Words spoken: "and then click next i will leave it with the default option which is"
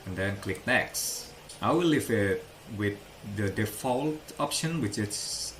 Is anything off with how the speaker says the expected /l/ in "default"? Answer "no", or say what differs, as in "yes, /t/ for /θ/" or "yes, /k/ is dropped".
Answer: no